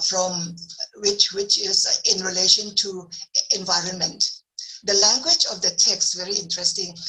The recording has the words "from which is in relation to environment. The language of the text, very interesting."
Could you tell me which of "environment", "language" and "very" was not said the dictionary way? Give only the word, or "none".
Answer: none